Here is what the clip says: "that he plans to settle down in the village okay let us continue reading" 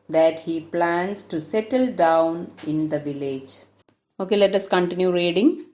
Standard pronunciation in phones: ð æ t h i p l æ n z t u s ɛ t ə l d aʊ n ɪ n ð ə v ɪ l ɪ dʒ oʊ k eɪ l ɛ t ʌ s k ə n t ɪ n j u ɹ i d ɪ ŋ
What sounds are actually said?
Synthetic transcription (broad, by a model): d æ t h i p l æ n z t u s ɛ t ə l d aʊ n ɪ n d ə v ɪ l ɪ dʒ oʊ k eɪ l ɛ t ʌ s k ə n t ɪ n j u ɹ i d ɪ ŋ